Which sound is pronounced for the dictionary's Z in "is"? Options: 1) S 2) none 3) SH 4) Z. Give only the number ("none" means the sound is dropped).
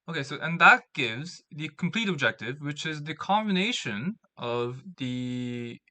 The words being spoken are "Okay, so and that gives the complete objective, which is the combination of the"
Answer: 4